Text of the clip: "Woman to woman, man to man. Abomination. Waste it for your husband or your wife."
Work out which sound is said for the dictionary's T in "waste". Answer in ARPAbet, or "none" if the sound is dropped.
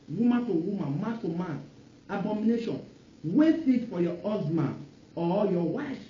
none